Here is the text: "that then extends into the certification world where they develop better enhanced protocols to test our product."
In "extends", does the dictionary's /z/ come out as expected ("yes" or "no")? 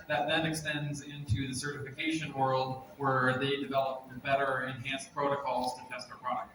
yes